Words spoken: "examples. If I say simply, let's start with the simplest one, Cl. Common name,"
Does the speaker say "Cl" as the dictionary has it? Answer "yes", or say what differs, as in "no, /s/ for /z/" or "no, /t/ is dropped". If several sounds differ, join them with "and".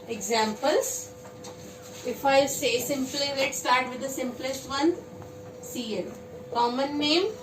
no, /n/ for /l/